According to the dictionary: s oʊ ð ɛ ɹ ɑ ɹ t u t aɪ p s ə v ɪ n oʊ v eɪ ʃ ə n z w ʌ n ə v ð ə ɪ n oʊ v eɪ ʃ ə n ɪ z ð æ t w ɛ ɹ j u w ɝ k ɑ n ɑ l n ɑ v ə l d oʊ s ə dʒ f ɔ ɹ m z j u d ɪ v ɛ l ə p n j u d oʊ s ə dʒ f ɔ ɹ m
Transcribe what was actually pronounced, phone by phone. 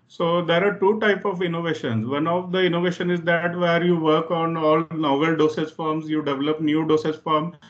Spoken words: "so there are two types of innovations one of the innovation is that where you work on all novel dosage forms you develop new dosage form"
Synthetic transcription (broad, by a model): s oʊ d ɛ ɹ ɑ ɹ t u t aɪ p ə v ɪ n oʊ v eɪ ʃ ə n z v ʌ n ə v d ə ɪ n oʊ v eɪ ʃ ə n ɪ z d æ t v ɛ ɹ j u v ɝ k ɑ n ɑ l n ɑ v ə l d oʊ s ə z f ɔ ɹ m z j u d ɪ v ɛ l ə p n j u d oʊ s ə z f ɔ ɹ m